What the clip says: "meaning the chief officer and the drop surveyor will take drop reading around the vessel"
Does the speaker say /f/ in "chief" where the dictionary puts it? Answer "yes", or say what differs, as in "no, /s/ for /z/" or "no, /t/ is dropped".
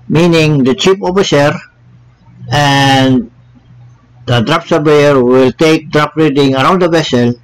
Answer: no, /p/ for /f/